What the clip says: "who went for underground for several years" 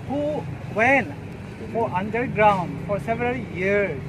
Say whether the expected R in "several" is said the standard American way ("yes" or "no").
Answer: yes